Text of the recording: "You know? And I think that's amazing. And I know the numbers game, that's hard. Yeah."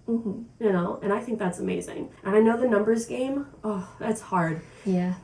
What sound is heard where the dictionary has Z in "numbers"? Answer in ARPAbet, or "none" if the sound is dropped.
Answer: Z